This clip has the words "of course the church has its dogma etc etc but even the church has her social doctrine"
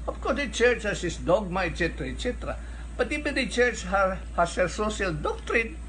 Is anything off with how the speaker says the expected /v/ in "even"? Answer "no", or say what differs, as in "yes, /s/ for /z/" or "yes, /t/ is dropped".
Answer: yes, /b/ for /v/